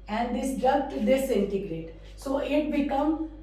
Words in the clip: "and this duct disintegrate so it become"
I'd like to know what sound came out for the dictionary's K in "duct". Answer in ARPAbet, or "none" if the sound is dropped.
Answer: none